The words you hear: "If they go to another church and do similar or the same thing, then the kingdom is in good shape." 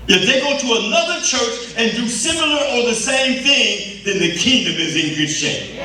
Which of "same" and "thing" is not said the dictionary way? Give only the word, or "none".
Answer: none